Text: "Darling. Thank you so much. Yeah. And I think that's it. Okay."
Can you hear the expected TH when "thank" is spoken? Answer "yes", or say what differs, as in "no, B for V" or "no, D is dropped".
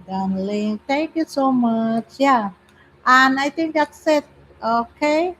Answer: no, T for TH